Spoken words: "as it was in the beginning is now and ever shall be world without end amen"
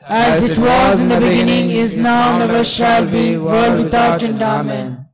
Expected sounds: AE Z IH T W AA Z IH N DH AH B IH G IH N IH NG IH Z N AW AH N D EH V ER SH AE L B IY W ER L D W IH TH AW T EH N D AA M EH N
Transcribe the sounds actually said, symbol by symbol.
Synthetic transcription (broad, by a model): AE Z IH T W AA Z IH N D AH B IH G IH N IH NG IH Z N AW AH N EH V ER SH AE L B IY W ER L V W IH T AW T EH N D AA M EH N